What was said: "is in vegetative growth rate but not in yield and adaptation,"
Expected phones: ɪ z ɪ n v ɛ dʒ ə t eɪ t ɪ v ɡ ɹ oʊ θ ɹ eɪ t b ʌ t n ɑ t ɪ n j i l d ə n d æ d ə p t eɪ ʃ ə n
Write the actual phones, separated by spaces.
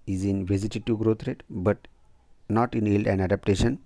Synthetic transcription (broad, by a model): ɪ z ɪ n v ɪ z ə t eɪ t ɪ ɡ ɹ oʊ t ɹ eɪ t b ʌ t n ɑ t ɪ n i l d ə n d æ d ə p t eɪ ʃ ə n